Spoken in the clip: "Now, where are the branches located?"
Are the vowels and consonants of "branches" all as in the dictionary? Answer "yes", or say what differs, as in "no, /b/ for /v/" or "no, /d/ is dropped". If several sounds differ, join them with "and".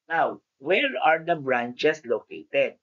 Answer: no, /s/ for /z/